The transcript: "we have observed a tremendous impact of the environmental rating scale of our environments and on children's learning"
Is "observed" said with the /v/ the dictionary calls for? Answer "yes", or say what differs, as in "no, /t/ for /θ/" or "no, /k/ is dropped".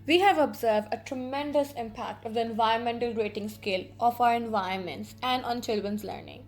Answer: yes